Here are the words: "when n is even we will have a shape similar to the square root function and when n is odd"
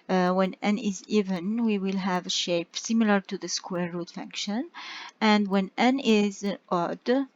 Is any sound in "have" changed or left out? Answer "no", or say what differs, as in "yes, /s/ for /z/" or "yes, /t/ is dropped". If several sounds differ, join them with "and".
no